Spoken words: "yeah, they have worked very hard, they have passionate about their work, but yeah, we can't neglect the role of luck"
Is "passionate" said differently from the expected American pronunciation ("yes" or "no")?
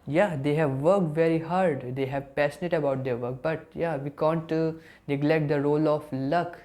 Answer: yes